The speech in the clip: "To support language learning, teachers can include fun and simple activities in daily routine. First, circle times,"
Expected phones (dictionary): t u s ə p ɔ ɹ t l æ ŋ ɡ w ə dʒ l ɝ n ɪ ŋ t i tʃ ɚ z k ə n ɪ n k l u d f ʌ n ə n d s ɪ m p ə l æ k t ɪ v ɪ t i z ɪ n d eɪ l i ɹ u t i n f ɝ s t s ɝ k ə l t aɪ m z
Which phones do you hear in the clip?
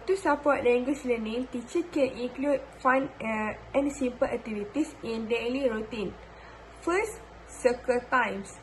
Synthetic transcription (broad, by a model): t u s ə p ɔ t l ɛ ŋ ɡ w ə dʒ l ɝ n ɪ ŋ t i tʃ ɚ k ə n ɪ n k l u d f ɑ n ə n s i m p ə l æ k t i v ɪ t i s ɪ n d eɪ l i ɹ u t i n f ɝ s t s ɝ k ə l t aɪ m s